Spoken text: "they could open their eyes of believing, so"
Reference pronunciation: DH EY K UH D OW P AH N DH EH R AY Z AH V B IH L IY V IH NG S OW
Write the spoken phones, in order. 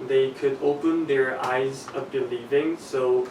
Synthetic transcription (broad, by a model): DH EY K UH D OW P AH N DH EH R AY Z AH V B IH L IY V IH NG S OW